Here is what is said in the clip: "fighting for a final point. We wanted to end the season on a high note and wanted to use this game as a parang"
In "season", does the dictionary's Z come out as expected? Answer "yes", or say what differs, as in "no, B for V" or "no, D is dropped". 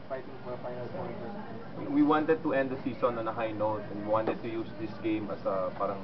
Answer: no, S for Z